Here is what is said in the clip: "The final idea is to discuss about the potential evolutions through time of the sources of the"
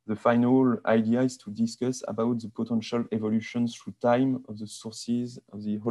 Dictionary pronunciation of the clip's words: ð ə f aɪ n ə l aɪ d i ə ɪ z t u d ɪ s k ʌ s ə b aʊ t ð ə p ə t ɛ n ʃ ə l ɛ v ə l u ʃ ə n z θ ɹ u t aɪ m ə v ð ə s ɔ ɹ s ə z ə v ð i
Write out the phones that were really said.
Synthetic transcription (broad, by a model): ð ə f aɪ n ə l aɪ d i ə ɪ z t u d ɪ s k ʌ s ə b aʊ t ð ə p ə t ɛ n ʃ ə l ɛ v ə l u ʃ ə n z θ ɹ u t aɪ m ə v ð ə s ɔ ɹ s ə z ə v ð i